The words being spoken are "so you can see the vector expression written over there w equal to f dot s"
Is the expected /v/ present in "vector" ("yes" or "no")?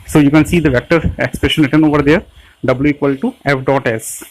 yes